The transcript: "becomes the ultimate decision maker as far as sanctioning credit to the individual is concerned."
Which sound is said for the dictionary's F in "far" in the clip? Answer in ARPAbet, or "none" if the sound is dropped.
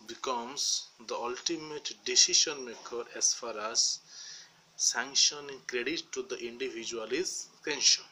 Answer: F